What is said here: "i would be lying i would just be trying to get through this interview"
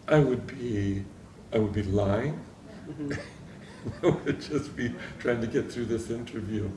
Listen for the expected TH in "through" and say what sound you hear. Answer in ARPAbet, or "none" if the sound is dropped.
TH